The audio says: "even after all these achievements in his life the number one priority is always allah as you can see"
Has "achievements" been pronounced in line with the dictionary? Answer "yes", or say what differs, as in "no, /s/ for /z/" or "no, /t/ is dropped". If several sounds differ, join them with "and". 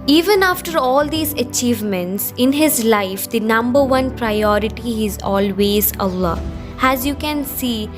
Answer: yes